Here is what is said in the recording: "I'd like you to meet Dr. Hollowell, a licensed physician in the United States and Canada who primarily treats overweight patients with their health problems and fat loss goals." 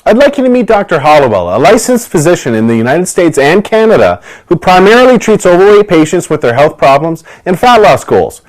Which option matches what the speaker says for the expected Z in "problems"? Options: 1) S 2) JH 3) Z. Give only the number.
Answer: 3